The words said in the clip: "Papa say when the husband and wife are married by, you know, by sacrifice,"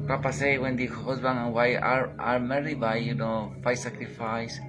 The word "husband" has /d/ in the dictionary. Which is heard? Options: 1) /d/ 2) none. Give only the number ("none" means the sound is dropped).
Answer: 2